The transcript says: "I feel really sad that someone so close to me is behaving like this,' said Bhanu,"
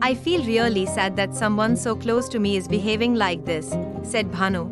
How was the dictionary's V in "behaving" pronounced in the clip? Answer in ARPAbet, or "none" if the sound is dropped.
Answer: V